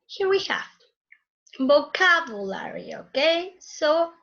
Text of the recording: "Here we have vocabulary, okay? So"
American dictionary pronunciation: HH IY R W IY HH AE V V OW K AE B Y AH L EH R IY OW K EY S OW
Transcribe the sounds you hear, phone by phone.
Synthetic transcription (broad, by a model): HH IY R W IY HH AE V B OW K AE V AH L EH R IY OW K EY S OW